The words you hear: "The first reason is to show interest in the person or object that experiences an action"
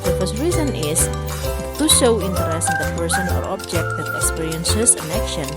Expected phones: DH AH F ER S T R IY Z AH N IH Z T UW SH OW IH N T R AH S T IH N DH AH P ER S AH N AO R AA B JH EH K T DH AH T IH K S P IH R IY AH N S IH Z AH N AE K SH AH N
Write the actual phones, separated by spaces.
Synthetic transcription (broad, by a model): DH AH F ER S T R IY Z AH N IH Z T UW SH OW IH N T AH T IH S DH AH P ER S AH N AO R AA B JH EH K T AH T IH K S P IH R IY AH N S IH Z AH N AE K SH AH N